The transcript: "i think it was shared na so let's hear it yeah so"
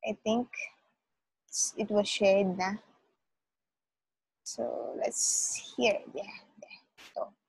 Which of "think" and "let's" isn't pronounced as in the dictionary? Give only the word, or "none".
think